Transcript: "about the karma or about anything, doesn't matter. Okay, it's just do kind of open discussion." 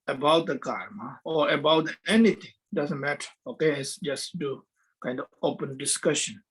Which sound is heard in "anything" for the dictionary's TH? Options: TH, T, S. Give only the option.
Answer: T